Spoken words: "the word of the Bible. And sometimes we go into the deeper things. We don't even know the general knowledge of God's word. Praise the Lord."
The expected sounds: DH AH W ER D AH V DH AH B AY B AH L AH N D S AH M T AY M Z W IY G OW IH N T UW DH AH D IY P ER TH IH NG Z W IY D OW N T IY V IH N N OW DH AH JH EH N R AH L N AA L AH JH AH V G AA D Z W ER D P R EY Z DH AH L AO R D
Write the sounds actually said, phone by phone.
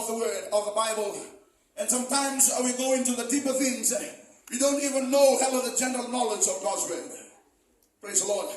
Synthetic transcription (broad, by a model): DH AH W ER D AH V DH AH B AY B AH L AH N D S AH M T AY M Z W IY G OW IH N T UW DH AH D IY P ER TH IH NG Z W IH D OW N T IY V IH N N OW DH AH JH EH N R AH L N AA L AH JH AH V G AA D Z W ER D P R EY Z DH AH L AO R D